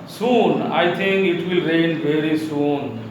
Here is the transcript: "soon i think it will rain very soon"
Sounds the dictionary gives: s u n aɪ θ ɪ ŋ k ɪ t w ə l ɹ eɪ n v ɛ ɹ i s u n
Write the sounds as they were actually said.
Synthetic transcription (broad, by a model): s u n aɪ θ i ŋ k ɪ t w ə l ɹ eɪ n v ɛ ɹ i s u n